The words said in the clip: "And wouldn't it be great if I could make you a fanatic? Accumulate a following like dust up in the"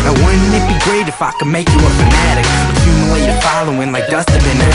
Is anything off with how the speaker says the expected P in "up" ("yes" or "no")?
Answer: yes